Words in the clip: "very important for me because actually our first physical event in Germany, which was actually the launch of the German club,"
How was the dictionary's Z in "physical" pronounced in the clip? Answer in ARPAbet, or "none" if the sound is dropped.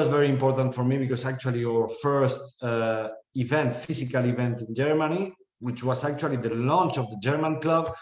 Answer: S